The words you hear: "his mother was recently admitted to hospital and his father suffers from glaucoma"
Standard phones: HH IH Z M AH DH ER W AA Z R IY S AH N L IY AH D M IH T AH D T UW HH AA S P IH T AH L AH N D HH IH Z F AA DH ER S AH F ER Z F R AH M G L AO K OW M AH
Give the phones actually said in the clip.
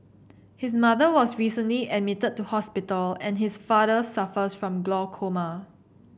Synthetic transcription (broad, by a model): HH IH S M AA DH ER W AA S R IY S AH N L IY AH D M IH T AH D T UW HH AA S P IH T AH L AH N HH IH S F AA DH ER S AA F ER S F R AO M G L AO K OW M AH